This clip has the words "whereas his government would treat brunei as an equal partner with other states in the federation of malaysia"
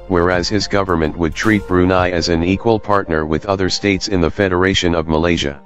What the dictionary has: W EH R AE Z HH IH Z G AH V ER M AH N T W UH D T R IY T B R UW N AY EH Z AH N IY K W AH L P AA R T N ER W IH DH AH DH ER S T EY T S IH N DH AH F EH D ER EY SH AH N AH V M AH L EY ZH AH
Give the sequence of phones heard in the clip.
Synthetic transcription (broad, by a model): W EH R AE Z HH IH Z G AH V ER M AH N T W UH D T R IY T B R UW N AY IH Z AH N IY K W AH L P AA R T N ER W IH DH AH DH ER S T EY T S IH N DH AH F EH D ER EY SH AH N AH V M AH L EY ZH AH